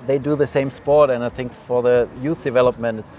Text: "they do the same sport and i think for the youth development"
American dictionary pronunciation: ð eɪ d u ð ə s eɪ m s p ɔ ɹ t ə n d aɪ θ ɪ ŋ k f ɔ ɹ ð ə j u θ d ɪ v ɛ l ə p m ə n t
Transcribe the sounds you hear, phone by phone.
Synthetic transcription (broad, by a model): ð eɪ d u ð ə s eɪ m s p ɔ ɹ t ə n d aɪ θ ɪ ŋ k f ɔ ɹ ð ə j u θ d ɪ v ɛ l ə p m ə n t